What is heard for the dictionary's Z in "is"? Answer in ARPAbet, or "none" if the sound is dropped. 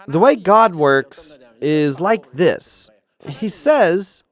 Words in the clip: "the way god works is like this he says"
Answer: Z